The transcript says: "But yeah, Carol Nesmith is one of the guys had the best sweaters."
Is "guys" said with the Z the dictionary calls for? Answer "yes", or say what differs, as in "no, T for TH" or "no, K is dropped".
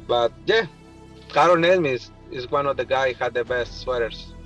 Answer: no, Z is dropped